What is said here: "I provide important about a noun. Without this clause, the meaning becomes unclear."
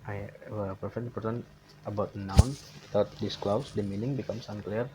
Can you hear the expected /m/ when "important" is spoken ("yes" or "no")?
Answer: no